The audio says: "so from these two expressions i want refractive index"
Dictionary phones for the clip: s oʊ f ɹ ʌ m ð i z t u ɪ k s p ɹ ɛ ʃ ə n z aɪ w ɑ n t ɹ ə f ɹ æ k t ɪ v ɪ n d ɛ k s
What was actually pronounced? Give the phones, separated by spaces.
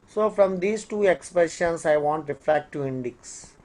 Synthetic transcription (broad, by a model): s oʊ f ɹ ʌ m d i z t u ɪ k s p ɹ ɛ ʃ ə n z aɪ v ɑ n t ɹ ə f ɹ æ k t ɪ ɪ n d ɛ k s